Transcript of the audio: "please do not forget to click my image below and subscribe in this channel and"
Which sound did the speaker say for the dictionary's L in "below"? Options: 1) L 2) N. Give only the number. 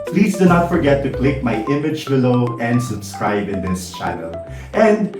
1